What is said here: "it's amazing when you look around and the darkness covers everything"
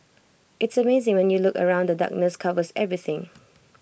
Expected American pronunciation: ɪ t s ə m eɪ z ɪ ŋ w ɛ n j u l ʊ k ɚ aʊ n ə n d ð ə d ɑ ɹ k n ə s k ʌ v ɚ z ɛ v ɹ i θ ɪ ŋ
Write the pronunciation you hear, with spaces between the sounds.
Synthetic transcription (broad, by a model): ɪ t s ə m eɪ z ɪ ŋ w ɛ n j u l ʊ k ɚ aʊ ə n d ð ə d ɑ k n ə s k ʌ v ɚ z ɛ v ɹ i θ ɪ ŋ